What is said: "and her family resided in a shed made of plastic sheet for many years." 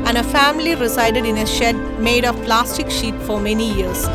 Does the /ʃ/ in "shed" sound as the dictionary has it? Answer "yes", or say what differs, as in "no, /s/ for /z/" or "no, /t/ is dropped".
yes